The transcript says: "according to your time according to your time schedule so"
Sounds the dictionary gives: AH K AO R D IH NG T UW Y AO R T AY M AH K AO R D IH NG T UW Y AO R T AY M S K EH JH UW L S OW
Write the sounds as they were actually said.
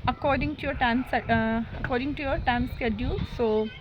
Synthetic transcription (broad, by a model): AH K AO R D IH NG T UW Y AO R T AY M AH K AO R D IH NG T UW Y AO R T AY M S K EH JH UW L S OW